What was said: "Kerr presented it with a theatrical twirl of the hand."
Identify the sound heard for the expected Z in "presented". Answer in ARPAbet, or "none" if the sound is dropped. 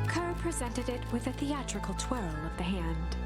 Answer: Z